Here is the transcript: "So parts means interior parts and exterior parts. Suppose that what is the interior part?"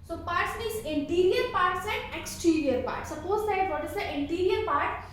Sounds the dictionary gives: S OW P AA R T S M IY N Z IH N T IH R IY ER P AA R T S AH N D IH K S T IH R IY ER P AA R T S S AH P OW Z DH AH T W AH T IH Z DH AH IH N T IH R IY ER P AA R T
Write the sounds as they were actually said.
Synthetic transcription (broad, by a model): S OW P AA R T S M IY Z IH N T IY R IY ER P AA R T S AH N D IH K S T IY R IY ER P AA R T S S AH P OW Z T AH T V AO T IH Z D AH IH N T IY R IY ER P AA R T